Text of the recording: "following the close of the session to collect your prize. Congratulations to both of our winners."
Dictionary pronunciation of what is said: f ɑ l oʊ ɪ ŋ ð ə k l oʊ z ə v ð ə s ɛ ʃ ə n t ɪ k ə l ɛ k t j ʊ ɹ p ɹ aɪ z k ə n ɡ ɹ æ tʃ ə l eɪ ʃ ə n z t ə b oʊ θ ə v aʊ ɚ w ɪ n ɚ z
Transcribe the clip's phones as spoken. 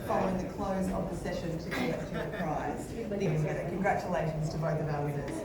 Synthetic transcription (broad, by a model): f ɑ l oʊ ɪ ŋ ð ə k l oʊ z ə v ð ə s ɛ ʃ ə n t ɪ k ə ɛ t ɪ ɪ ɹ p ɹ aɪ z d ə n ɡ ɹ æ tʃ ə l eɪ ʃ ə n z t ə b oʊ θ ə v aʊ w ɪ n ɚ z